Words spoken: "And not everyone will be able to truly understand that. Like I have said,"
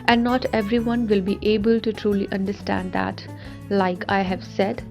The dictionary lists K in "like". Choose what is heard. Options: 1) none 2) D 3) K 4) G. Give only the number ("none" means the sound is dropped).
3